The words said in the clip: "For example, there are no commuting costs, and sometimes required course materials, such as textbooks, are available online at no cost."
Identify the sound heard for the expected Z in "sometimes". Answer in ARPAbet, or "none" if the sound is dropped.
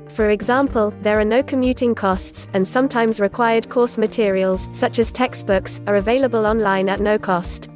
Z